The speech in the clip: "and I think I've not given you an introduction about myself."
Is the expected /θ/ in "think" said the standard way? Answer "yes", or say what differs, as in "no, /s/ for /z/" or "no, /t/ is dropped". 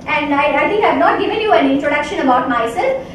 no, /t/ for /θ/